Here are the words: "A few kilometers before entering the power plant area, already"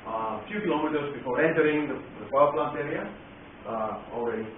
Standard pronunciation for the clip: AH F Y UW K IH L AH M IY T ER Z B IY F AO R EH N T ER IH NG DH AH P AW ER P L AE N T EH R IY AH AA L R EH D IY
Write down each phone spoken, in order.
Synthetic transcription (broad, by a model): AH F Y UW K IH L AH M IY T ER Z B IY F AO R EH N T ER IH NG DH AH F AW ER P L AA N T EH R IY AH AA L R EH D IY